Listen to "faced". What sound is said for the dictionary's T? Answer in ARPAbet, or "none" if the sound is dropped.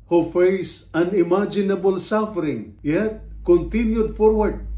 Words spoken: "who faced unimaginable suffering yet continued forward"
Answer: none